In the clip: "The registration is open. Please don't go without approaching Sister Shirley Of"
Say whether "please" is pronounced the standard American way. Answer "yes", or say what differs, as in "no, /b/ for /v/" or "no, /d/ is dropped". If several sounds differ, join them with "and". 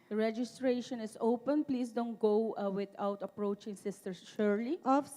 no, /s/ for /z/